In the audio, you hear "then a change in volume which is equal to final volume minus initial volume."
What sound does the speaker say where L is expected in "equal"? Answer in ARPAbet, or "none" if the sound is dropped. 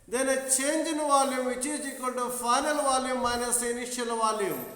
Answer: N